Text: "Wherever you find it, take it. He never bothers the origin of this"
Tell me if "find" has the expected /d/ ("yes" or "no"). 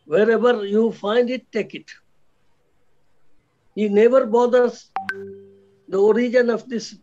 yes